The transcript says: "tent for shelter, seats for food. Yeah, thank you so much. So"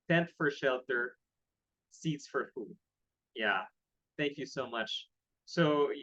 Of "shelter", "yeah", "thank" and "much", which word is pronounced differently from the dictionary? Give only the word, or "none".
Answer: none